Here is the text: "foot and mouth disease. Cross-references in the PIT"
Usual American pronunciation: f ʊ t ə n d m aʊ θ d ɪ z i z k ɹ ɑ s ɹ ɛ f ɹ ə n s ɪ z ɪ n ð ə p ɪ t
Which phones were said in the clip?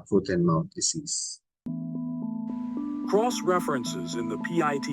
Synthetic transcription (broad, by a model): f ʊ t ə n m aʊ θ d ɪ s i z k ɹ ɑ s ɹ ɛ f ɹ ə n s ɪ z ɪ n ð ə p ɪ t